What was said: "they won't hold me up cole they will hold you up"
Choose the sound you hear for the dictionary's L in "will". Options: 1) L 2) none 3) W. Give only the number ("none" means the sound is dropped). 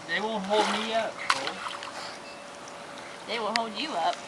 1